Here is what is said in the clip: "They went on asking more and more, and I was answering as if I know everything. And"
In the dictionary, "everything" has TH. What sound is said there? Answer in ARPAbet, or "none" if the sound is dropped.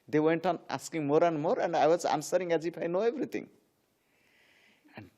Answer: T